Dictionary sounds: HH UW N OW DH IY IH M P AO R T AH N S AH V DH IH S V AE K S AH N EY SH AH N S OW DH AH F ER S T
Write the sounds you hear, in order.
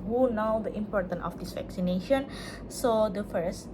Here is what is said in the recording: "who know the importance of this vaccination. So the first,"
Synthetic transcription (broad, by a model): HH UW N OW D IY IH M P AO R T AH N AH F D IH S V AE K S AH N EY SH AH N S OW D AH F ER S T